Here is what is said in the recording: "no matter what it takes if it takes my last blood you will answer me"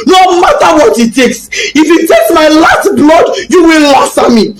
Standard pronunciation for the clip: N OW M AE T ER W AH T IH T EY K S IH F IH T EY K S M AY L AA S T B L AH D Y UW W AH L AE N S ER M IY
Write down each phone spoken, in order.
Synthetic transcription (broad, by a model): N OW M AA T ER W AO T IH T EY K S IH F IH T EY K S M AY L AA S T B L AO D Y UW W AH L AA S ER M IY